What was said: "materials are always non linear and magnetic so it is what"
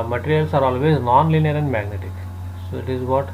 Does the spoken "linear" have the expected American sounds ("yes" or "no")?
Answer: yes